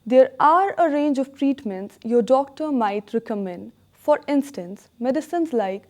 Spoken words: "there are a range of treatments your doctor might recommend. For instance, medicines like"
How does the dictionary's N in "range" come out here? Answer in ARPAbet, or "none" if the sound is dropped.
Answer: N